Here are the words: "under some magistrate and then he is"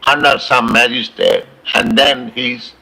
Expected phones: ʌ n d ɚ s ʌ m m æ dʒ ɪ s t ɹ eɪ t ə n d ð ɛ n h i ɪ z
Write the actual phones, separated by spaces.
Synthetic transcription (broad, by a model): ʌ n d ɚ s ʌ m m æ dʒ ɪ s t eɪ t ə n d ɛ n h i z